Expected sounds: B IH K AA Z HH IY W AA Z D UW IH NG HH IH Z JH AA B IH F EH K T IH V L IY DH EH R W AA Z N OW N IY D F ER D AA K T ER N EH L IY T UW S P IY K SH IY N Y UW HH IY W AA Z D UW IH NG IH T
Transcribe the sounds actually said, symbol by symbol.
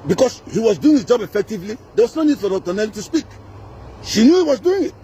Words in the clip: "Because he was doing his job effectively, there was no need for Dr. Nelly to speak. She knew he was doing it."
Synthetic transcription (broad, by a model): B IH K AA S HH IY W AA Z D UW IH NG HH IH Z JH AA B IH F EH K T IH V L IY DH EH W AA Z N OW N IY D F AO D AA T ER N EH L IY T UW S P IY K SH IY N Y UW HH IY W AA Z D UW IH NG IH T